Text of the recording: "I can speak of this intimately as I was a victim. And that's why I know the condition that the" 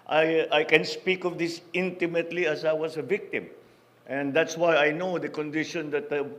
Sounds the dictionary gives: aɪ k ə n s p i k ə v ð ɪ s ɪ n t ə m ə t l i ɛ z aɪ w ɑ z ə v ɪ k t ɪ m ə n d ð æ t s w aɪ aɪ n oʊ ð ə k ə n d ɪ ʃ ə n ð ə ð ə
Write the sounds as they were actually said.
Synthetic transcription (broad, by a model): aɪ k ə n s p i k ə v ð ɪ s ɪ n t ə m ə t l i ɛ s aɪ w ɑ s ə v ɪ k t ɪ m ə n d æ t s w aɪ aɪ n oʊ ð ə k ə n d ɪ ʃ ə n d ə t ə